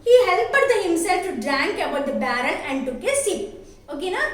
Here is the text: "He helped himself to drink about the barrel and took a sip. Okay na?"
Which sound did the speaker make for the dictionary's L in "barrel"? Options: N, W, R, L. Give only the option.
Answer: N